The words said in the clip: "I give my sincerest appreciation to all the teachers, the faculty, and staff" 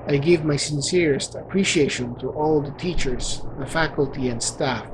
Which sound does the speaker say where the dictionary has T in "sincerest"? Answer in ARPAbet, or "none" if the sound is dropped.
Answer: T